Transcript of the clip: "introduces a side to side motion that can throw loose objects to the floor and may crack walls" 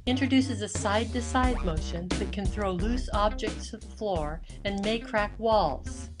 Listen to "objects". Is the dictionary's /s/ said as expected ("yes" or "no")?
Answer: yes